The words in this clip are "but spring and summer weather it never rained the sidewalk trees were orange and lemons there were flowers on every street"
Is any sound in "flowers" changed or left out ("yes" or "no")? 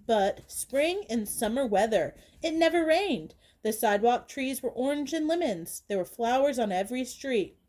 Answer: no